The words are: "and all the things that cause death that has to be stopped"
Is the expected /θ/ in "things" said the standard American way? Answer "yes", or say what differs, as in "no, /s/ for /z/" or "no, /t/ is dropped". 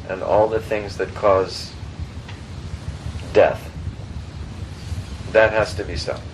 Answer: yes